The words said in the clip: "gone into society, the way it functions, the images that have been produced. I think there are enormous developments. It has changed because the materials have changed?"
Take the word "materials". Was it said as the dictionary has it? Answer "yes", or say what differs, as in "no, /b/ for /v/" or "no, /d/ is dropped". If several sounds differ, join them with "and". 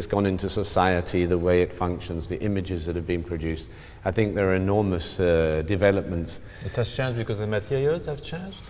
no, /ɹ/ is dropped and /l/ is dropped